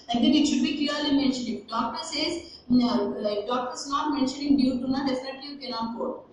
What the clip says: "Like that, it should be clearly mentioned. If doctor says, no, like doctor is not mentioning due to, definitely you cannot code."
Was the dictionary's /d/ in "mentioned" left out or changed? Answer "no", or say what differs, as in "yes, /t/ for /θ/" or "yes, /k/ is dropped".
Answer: yes, /d/ is dropped